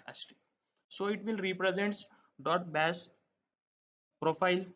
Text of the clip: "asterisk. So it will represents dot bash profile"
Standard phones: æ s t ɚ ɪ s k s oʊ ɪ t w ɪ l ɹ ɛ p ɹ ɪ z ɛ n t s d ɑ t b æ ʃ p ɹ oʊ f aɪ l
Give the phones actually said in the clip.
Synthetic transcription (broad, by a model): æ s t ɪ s s oʊ ɪ t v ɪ l ɹ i p ɹ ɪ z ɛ n t s d ɑ t b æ s p ɹ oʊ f aɪ l